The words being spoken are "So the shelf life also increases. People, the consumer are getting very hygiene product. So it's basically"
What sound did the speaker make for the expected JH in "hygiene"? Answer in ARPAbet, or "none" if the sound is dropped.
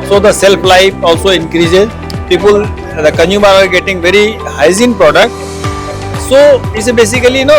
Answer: Z